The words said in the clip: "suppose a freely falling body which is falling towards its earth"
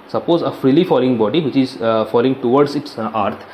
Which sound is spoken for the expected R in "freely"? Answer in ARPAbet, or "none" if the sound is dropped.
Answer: R